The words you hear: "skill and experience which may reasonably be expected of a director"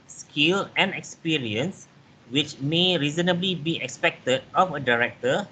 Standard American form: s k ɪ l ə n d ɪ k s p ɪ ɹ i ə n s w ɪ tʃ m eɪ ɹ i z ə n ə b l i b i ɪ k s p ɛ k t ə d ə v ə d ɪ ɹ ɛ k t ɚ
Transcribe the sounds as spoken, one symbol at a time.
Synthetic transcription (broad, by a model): s k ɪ l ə n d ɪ k s p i ɹ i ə n s w ɪ tʃ m eɪ ɹ i z ə n ə b l i b i ɪ k s p ɛ k t ə d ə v ə d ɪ ɹ ɛ k t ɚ